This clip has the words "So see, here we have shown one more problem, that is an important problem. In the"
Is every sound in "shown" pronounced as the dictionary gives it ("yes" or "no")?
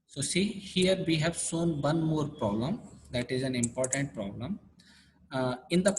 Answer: no